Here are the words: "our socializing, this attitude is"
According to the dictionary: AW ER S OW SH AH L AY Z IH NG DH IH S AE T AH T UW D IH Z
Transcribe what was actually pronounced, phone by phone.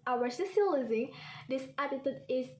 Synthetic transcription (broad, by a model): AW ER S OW S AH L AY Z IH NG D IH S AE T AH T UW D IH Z